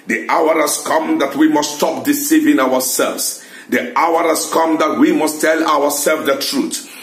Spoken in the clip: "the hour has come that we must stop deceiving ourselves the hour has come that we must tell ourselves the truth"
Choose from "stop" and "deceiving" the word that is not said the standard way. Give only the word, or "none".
none